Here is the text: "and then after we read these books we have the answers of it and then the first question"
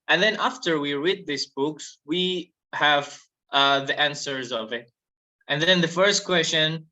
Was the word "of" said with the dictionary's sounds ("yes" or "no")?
yes